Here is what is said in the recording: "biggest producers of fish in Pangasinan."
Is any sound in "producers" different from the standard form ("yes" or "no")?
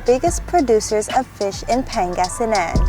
no